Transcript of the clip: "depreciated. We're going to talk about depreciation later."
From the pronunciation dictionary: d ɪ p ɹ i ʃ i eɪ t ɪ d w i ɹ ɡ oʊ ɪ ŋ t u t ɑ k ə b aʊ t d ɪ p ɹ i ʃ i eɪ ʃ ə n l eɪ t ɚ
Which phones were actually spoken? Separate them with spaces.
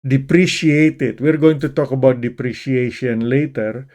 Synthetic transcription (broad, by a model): d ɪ p ɹ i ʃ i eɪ t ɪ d w i ɹ ɡ oʊ ɪ ŋ t u t ɑ k ə b aʊ t d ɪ p ɹ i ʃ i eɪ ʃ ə n l eɪ t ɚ